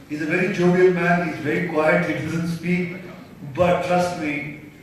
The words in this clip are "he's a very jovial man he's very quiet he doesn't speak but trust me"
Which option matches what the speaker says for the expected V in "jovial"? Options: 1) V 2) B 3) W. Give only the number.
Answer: 2